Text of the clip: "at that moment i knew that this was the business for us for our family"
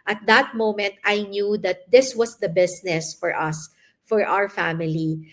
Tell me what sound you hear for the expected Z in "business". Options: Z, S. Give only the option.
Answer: S